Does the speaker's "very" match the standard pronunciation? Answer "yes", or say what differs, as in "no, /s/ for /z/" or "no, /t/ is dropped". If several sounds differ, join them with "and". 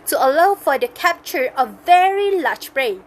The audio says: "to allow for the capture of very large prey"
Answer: yes